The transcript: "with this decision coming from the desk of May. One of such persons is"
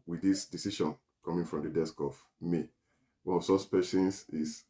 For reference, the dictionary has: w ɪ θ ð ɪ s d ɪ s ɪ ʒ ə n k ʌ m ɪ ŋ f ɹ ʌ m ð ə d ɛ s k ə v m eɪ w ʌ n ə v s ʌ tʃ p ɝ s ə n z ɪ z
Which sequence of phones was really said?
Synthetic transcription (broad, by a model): w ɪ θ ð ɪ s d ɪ s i ʃ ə n k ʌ m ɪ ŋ f ɹ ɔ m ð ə d ɛ s k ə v m eɪ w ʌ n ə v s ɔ s p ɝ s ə n s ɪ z